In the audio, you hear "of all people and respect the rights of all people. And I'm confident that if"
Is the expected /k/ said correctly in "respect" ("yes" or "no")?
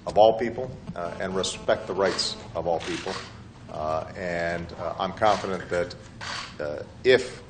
yes